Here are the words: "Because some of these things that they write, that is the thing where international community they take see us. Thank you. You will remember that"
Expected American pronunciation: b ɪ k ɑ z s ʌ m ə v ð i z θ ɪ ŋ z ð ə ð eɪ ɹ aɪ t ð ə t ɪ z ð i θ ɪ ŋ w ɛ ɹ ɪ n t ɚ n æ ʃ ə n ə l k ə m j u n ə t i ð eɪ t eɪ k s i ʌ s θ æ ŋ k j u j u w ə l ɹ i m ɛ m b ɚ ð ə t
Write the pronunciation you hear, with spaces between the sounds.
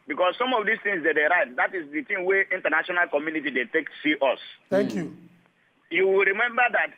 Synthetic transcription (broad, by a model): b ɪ k ɑ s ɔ m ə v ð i s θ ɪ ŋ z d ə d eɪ ɹ aɪ t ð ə t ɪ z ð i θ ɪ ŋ w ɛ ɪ n t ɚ n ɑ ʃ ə n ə l k ə m j u n ə t i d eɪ t eɪ k s i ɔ s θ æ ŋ k j u j u w ə l ɹ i m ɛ m b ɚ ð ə t